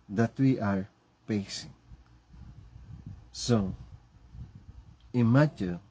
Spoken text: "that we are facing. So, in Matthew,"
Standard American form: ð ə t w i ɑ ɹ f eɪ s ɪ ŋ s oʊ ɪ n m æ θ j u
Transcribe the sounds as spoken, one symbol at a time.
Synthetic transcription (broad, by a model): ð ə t w i ɑ ɹ p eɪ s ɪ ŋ s oʊ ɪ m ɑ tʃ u